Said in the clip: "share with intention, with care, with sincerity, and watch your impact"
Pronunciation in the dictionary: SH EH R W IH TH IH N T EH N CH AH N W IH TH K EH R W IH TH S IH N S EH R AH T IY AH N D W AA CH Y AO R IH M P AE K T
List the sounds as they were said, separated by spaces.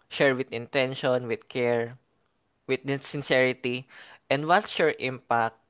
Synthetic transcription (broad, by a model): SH EH R W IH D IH N T EH N SH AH N W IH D K EH R W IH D S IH N S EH R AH T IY AH N D W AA S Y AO R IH M P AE K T